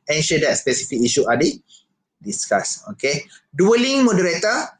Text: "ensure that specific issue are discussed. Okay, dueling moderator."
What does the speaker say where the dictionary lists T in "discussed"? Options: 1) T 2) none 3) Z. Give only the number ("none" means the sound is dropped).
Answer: 2